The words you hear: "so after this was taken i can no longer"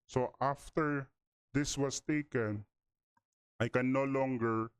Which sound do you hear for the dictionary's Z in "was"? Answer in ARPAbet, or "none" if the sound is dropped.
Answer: S